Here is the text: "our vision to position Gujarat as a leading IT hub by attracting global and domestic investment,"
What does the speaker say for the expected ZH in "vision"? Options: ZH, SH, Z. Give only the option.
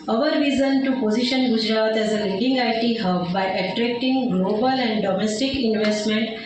Z